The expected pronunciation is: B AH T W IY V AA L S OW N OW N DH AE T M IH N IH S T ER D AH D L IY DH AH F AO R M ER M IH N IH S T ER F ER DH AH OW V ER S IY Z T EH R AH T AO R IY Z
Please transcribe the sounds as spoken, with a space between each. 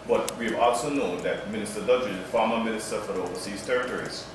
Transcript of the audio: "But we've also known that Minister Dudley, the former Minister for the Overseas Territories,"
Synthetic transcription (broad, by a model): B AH T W IY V AA L S OW N OW N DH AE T M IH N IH S T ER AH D IY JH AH F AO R M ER M IH N IH S T ER F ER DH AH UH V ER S IY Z T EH R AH T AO R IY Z